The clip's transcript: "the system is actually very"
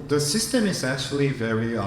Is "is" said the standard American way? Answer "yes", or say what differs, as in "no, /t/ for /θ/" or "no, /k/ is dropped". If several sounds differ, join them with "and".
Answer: yes